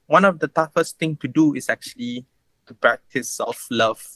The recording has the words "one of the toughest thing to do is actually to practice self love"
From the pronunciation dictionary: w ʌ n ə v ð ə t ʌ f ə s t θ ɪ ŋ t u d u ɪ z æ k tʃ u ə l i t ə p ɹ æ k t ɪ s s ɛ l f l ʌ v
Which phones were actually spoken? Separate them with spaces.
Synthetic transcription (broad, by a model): w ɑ n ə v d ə t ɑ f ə s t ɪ ŋ t u d u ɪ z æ k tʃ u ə l i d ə p ɹ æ k t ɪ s s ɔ f l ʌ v